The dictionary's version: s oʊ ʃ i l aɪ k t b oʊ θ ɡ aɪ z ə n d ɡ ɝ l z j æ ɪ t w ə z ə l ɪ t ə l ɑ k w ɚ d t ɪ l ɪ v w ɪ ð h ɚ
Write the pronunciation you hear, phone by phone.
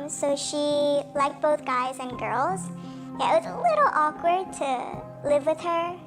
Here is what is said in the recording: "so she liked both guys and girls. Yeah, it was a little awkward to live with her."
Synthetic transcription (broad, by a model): s oʊ ʃ i l aɪ k t b oʊ θ ɡ aɪ z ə n ɡ ɝ l z j æ ɪ t w ə z ə l ɪ t l ɑ k w ɚ d t ɪ l ɪ v w ɪ ð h ɚ